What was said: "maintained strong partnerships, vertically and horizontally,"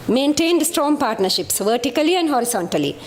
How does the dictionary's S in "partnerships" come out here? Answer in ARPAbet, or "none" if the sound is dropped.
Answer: S